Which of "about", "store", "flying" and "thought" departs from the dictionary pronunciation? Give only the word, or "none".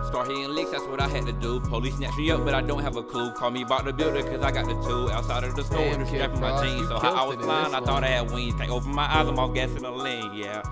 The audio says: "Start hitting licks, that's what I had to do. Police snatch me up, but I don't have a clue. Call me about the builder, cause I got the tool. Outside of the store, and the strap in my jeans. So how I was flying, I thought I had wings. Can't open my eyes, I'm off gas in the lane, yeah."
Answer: flying